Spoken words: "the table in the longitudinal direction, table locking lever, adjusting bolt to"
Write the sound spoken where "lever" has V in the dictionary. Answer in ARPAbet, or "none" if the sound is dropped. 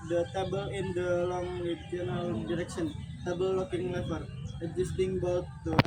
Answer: W